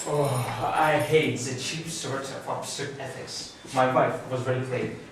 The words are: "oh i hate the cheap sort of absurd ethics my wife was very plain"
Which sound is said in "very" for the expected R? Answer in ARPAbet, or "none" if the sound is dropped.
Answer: L